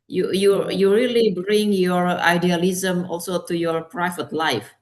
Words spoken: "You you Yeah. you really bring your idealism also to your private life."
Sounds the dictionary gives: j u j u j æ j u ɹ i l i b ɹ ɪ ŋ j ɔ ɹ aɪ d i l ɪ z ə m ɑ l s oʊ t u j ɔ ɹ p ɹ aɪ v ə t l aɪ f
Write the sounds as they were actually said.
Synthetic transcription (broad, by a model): j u j u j j u ɹ i l i b ɹ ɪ ŋ j ɔ ɹ aɪ d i l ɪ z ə m ɑ l s oʊ t u j ɔ ɹ p ɹ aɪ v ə t l aɪ f